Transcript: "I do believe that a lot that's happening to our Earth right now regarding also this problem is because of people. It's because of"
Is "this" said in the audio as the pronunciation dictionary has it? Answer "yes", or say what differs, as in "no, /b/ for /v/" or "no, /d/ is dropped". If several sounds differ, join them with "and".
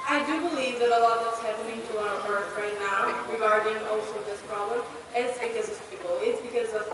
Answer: yes